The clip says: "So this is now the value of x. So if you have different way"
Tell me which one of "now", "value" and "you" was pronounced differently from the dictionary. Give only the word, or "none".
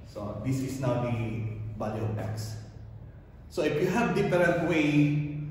value